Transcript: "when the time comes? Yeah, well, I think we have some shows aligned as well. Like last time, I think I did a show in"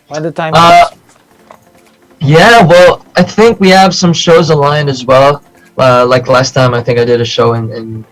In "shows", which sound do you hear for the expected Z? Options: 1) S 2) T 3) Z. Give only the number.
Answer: 3